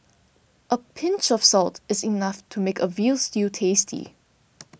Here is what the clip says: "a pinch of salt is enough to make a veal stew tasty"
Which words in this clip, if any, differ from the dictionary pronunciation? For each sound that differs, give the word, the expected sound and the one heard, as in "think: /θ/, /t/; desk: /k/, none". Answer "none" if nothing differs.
none